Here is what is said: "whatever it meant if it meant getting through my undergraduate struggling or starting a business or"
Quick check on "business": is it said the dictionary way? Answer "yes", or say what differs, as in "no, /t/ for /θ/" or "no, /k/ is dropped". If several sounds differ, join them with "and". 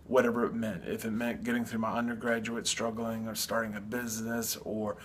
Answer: yes